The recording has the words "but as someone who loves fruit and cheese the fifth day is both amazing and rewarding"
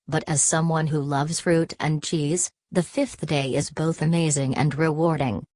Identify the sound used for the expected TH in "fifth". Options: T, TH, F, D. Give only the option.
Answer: TH